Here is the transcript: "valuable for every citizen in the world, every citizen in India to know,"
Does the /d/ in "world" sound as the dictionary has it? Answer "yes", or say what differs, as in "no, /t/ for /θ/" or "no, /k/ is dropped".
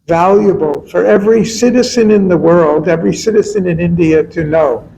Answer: yes